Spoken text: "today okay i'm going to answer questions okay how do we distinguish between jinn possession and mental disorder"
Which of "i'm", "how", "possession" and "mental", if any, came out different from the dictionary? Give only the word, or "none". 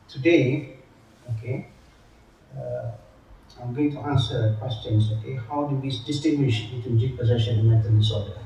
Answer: mental